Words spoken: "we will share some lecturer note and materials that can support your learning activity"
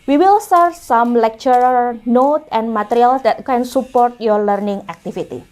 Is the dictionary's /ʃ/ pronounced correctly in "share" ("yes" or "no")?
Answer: no